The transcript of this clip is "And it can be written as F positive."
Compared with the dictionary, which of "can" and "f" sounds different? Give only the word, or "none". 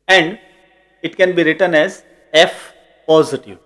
none